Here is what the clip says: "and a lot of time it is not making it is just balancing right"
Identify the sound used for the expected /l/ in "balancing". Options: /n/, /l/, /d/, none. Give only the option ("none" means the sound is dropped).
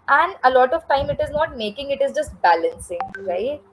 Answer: /l/